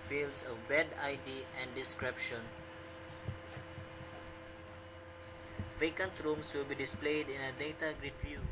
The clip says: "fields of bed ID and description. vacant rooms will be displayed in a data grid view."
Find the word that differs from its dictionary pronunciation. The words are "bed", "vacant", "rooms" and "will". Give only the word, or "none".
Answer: rooms